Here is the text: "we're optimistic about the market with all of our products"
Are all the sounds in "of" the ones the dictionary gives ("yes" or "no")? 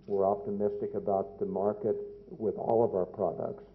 yes